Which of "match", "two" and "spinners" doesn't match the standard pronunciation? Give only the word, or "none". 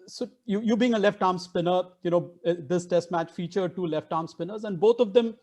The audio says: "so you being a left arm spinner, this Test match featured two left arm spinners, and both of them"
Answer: none